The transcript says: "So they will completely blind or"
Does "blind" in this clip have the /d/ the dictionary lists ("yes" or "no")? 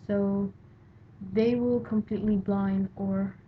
yes